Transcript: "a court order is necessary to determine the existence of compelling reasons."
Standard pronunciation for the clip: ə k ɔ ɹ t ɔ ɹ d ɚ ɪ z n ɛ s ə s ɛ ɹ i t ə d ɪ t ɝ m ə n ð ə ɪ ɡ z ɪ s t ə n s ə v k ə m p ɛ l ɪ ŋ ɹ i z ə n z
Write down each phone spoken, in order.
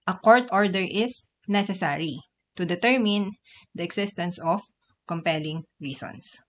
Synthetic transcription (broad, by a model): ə k ɔ ɹ t ɔ ɹ d ɚ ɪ s n ɛ s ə s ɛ ɹ i t ə d ɪ t ɝ m ə n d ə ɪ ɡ s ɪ s t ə n s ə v k ə m p ɛ l ɪ ŋ ɹ i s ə n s